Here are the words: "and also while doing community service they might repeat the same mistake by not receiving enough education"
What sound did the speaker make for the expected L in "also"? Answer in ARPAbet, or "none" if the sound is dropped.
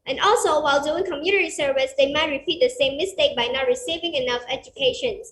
L